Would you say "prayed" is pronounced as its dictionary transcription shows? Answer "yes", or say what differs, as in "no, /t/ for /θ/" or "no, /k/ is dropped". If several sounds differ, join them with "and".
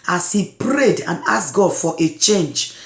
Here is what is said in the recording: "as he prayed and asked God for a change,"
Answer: yes